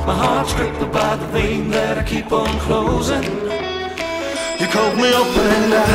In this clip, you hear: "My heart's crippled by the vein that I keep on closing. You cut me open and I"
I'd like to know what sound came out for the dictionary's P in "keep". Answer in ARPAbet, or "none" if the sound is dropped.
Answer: P